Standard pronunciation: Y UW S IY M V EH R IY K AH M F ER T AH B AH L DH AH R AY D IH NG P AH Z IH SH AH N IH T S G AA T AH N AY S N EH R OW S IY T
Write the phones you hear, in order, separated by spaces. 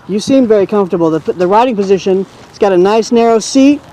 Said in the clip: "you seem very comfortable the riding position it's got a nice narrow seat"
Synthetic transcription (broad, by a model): Y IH S IY M V EH R IY K AH M F T AH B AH L DH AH R AY D IH NG P AH Z IH SH AH N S G AA T AH N AY S N EH R OW S IY T